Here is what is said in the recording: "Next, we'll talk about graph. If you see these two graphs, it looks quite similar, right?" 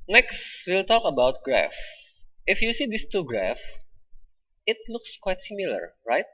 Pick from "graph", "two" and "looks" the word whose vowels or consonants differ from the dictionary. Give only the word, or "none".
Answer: none